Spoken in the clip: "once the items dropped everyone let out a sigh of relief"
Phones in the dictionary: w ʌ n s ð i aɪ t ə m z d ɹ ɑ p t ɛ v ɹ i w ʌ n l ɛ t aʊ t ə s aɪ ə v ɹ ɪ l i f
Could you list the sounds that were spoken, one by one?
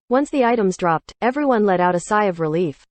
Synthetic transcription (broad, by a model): w ʌ n s ð i aɪ t ə m z d ɹ ɑ p t ɛ v ɹ i w ʌ n l ɛ t aʊ t ə s aɪ ə v ɹ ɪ l i f